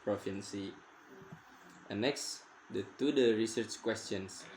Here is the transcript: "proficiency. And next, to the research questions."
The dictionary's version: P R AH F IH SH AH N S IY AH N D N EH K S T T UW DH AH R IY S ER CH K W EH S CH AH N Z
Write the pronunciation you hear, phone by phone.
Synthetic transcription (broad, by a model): P R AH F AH N S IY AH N N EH K S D T UW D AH R IY S ER CH K W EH S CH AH N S